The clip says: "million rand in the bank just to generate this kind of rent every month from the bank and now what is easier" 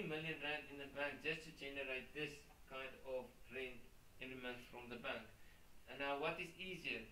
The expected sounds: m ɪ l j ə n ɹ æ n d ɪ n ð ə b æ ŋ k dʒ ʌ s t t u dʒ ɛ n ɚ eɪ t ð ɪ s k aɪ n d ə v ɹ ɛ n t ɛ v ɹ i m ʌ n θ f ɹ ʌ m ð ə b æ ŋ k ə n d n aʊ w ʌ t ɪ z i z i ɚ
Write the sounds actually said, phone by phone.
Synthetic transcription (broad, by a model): m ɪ l j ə n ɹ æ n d ɪ n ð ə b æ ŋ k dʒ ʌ s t t u dʒ ɛ n ɚ eɪ t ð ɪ s k aɪ n d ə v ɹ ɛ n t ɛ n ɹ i m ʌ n t f ɹ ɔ m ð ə b æ ŋ k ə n n aʊ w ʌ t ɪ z i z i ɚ